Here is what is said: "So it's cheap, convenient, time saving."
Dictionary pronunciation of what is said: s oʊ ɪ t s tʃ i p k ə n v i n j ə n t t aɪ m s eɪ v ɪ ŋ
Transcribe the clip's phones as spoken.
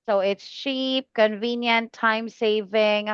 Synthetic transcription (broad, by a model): s oʊ ɪ t s tʃ i p k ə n v i n j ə n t t aɪ m s eɪ v ɪ ŋ